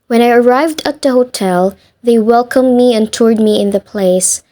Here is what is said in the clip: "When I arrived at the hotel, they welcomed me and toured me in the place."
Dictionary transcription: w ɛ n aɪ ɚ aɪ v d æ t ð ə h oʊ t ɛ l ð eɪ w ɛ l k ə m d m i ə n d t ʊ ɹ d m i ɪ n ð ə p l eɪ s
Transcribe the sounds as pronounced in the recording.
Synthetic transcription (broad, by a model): w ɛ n aɪ ɚ aɪ v d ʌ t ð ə h oʊ t ɛ l ð eɪ w ɛ l k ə m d m i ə n t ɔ ɹ d m i ɪ n ð ə p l eɪ s